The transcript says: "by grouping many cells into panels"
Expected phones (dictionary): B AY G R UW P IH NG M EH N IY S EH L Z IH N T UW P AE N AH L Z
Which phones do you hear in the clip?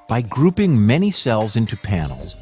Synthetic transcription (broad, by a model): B AY G R UW P IH NG M EH N IY S EH L Z IH N T UW P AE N L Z